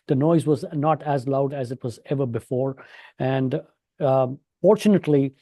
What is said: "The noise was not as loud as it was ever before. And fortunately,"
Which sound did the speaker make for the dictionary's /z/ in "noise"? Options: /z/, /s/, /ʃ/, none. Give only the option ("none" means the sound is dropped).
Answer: /z/